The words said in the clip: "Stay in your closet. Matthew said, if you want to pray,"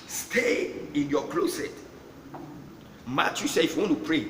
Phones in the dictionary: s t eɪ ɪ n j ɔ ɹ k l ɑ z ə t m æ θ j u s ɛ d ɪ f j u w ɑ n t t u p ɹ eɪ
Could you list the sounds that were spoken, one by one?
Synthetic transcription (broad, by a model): s t eɪ ɪ n j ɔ k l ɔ s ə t m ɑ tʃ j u s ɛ ɪ f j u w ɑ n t t u p ɹ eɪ